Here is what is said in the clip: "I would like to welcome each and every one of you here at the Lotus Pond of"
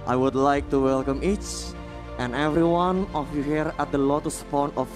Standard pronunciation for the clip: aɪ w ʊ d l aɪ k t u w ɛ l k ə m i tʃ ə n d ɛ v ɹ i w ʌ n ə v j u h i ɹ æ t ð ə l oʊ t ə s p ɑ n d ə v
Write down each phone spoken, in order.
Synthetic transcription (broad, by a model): aɪ w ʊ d l aɪ k t u w ɛ l k ə m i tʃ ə n ɛ v ɹ i w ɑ n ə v j u h i ɹ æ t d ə l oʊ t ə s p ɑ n ə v